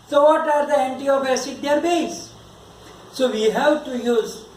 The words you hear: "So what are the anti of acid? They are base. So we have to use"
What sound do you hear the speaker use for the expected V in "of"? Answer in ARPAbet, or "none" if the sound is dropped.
B